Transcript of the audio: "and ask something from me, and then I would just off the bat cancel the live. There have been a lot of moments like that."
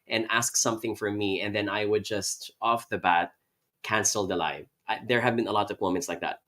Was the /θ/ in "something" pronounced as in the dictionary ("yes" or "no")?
yes